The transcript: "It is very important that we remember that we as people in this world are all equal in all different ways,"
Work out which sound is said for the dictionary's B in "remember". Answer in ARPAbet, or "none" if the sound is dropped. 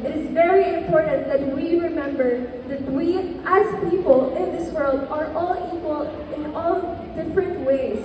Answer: B